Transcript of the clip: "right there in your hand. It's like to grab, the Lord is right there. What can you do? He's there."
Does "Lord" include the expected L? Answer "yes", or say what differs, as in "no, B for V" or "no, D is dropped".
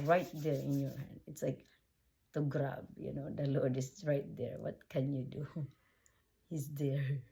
no, N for L